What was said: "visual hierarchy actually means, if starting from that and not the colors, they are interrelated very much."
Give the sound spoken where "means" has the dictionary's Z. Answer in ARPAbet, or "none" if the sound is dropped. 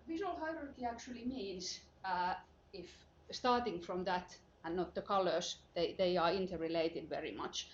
S